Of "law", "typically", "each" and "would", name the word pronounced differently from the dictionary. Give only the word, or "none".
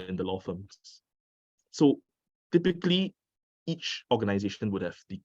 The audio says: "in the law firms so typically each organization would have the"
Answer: none